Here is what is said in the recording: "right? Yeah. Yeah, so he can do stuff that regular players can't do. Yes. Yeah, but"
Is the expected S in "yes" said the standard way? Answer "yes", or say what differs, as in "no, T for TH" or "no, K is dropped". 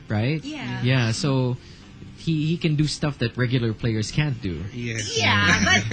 no, S is dropped